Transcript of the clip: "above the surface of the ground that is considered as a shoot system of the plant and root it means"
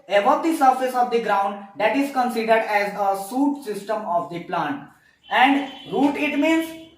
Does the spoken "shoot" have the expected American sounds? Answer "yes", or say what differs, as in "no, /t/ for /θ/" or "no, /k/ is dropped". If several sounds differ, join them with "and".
no, /s/ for /ʃ/